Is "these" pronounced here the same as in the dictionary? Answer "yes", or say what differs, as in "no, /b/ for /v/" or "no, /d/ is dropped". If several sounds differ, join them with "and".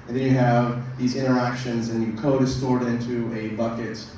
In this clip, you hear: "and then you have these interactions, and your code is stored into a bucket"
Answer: yes